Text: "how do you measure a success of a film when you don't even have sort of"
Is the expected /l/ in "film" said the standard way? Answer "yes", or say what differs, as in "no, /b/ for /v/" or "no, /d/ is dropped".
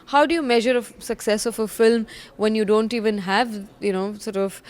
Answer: yes